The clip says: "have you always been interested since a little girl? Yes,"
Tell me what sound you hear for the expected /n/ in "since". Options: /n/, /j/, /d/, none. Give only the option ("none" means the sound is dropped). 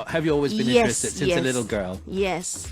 none